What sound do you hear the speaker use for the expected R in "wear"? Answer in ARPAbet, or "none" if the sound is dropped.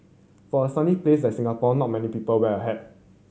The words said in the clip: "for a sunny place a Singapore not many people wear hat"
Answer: L